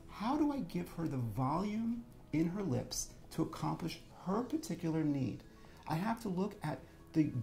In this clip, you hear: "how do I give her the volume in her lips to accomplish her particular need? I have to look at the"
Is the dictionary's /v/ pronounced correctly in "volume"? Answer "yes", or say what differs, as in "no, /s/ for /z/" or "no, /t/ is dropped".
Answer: yes